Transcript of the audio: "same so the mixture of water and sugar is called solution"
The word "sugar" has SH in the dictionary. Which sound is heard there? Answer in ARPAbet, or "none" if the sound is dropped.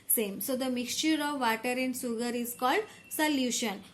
S